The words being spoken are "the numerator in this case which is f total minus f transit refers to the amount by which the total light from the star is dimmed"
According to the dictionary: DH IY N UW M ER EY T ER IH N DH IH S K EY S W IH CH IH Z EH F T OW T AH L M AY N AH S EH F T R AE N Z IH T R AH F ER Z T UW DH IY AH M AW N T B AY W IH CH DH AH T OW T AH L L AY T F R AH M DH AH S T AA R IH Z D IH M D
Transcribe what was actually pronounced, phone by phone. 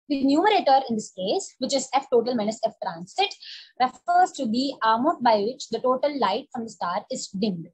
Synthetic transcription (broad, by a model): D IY N UW M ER EY T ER IH N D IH S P EY S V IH CH IH Z EH F T OW T AH L M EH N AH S EH F T R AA N S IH T R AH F ER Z T UW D IY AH M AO T B AY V IH CH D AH T OW T AH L L AY T F R AH M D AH S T AA R IH Z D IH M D